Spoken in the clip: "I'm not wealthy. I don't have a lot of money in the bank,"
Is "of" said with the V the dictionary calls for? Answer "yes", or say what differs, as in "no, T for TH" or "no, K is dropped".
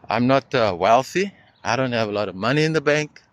yes